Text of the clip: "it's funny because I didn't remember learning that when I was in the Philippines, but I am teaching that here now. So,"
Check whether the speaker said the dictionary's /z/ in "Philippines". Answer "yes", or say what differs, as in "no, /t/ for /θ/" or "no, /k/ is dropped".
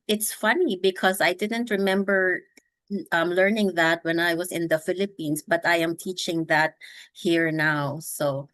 no, /s/ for /z/